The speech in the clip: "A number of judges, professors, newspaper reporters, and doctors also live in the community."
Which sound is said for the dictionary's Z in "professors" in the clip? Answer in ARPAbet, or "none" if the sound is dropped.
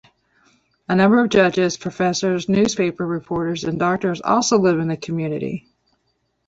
Z